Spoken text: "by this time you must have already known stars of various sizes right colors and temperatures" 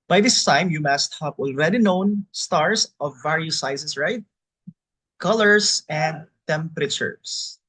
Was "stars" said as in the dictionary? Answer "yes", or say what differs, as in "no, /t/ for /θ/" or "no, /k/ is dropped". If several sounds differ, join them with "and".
no, /s/ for /z/